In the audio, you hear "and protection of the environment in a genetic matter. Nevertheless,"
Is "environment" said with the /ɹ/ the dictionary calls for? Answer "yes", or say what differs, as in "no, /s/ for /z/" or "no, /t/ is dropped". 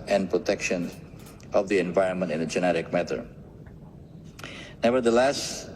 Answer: yes